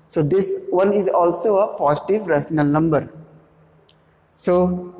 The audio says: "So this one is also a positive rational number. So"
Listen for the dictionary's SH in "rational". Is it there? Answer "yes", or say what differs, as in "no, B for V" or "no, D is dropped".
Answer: no, S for SH